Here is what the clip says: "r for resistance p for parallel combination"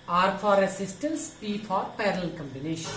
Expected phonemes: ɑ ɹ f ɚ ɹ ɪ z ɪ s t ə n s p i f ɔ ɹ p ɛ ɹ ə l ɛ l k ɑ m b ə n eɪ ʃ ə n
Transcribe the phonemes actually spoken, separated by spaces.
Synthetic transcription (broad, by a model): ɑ ɹ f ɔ ɹ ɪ s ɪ s t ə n s p i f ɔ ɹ p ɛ ɹ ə l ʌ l k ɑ m b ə n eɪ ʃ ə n